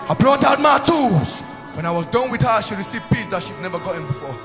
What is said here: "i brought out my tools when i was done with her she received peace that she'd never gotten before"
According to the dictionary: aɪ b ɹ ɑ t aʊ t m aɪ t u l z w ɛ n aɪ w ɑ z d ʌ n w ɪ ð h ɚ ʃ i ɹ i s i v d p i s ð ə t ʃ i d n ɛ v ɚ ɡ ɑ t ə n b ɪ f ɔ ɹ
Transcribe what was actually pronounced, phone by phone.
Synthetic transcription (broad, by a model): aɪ b ɹ ɑ t aʊ t m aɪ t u z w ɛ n aɪ w ɑ z d ʌ n w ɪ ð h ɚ ʃ i ɹ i s i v p i s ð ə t ʃ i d n ɛ v ɚ ɡ ɑ t ə n b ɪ f ɔ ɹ